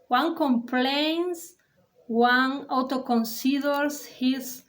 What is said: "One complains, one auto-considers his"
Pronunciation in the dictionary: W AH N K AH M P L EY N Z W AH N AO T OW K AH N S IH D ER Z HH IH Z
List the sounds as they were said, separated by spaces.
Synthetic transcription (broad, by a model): W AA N K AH M P L EY N S W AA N AO T OW K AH N S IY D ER S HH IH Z